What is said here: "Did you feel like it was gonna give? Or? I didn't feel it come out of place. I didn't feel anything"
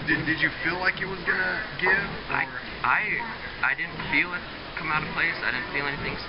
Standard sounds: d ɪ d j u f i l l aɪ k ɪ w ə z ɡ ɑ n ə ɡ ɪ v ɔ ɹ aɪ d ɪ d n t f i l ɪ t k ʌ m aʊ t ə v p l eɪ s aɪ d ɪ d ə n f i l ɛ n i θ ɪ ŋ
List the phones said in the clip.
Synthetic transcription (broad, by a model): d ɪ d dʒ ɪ f i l l aɪ k ɪ w ə z ɡ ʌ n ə ɡ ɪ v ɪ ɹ aɪ d ɪ d n t f i l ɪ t k ʌ m aʊ t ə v p l eɪ s aɪ d ɪ d n f i l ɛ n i θ ɪ ŋ